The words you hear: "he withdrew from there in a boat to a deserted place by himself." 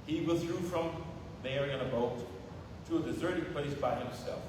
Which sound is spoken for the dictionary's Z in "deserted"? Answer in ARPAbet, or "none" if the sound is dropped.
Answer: Z